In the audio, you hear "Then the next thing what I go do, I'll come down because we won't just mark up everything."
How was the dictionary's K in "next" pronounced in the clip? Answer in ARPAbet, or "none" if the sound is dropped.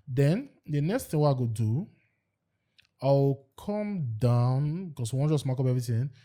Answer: K